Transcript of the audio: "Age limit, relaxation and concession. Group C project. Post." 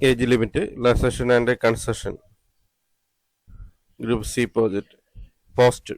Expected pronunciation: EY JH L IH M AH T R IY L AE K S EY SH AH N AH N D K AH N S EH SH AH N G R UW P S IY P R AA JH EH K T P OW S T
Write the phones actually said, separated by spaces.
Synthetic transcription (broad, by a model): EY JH L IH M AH T L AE S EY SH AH N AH N D K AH N S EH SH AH N G R UW P S IY P AA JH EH T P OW S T